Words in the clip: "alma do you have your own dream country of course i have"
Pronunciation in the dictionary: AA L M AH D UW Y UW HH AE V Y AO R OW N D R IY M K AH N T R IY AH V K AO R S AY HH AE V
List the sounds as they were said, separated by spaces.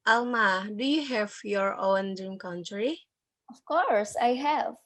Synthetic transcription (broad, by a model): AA L M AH D UW Y UW HH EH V Y AO R OW N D IY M K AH N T R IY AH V K AO R S AY HH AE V